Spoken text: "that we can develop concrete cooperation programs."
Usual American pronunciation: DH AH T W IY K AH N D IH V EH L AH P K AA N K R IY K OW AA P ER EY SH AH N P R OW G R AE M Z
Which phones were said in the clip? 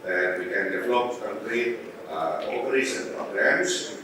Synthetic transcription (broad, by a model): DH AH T W IY K AH N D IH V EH L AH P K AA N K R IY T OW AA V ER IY S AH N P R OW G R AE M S